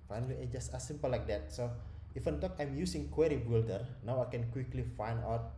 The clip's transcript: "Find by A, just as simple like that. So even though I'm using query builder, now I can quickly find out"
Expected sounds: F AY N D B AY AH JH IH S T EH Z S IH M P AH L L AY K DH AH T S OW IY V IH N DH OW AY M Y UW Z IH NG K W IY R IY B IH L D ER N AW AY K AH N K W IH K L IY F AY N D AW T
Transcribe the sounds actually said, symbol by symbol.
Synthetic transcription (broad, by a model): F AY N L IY AH JH IH S T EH S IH M P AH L L AY K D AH T S OW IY F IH N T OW AY M Y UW S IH NG K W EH R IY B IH L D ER N AW AY K AH N K W IH K L IY F AY N D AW T